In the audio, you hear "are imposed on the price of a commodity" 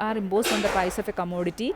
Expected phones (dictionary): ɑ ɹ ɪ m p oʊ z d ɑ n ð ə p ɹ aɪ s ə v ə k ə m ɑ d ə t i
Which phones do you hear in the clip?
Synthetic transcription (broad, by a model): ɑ ɹ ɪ m b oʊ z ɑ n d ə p aɪ s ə f ə k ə m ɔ d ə t i